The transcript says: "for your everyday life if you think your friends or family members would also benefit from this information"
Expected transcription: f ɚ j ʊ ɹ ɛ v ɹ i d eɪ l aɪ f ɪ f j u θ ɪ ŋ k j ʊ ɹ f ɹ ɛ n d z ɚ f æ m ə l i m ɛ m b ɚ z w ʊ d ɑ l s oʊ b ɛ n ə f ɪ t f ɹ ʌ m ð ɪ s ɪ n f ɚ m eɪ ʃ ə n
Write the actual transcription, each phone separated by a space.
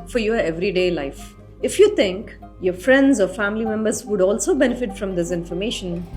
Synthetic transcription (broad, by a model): f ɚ j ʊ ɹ ɛ v ɹ i d eɪ l aɪ f ɪ f j u t ɪ ŋ k j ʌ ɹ f ɹ ɛ n d z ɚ f æ m ə l i m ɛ m b ɚ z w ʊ d ɑ l s oʊ b ɛ n ə f ɪ t f ɹ ʌ m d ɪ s ɪ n f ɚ m eɪ ʃ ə n